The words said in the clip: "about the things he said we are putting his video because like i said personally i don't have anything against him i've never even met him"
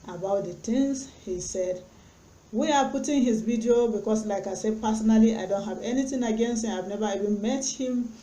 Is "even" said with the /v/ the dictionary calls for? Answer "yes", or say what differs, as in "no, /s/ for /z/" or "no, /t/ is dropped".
yes